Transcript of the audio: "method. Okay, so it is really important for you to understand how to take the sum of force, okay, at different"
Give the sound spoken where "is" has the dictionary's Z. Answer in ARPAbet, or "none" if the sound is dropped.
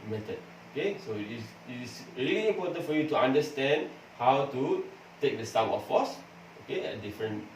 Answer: S